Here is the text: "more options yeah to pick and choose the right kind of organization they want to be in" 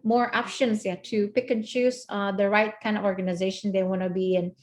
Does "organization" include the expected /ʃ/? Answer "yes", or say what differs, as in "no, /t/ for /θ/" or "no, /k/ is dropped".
yes